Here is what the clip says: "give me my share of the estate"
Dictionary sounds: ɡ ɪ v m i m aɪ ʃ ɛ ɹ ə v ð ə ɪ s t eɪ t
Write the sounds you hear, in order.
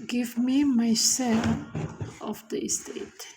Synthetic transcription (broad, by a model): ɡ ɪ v m i m aɪ s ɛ l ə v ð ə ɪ s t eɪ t